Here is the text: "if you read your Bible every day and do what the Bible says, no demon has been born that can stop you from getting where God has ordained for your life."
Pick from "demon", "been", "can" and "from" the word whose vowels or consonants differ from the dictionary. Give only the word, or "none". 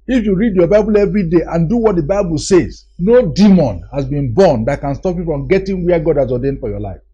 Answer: from